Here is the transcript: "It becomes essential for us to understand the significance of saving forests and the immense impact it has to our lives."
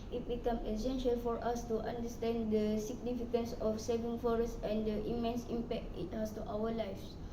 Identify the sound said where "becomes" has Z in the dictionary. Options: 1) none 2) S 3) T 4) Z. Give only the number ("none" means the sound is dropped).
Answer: 1